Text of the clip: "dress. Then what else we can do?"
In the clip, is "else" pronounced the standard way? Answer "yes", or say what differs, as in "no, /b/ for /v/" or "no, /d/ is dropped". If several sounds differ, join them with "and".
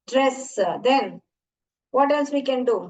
no, /n/ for /l/